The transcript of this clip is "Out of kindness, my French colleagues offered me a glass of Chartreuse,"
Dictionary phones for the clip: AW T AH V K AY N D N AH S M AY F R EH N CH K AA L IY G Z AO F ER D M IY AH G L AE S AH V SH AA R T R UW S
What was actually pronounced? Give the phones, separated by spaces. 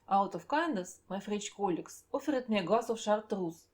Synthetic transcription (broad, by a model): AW T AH F K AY N D AH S M AY F R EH CH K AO L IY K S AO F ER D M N AH G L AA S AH F SH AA R T R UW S